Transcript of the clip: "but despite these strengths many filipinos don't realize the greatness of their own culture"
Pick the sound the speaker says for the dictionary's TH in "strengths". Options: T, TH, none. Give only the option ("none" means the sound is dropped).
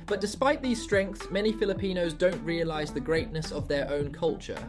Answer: TH